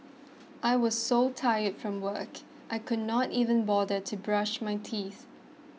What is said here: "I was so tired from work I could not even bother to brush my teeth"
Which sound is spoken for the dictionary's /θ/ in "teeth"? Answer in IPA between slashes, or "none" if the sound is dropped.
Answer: /θ/